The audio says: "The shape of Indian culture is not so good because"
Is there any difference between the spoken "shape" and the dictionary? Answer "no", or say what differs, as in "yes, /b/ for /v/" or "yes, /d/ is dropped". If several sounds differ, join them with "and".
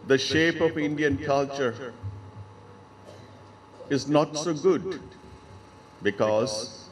no